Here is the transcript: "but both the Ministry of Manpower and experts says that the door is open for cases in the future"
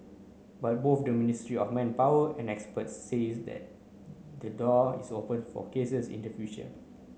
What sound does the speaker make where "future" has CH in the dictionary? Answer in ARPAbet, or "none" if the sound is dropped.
SH